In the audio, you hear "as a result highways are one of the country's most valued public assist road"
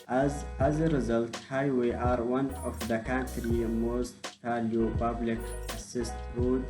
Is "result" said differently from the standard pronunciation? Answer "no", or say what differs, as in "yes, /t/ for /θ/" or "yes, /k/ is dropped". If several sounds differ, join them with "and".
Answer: no